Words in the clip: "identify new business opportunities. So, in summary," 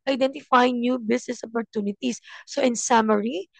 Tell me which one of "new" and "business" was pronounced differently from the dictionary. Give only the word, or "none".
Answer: business